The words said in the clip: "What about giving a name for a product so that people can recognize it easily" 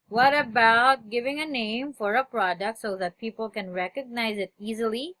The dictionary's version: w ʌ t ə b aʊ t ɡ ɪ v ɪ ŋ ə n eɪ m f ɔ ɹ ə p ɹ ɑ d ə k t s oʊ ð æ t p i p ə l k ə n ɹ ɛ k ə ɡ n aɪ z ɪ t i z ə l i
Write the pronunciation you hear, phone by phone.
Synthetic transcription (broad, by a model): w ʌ t ə b aʊ t ɡ ɪ v ɪ ŋ ə n eɪ m f ɔ ɹ ə p ɹ ɑ d ə k t s oʊ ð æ t p i p ə l k ə n ɹ ɛ k ə ɡ n aɪ z ɪ t i z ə l i